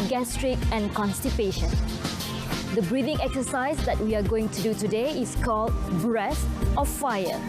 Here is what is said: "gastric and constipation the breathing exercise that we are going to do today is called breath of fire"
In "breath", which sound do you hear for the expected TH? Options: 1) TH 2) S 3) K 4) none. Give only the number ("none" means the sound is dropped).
2